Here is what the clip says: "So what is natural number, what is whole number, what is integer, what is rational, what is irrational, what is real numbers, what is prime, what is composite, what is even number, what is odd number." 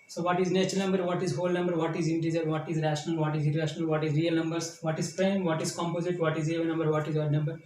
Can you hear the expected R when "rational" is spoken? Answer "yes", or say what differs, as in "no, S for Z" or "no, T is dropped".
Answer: yes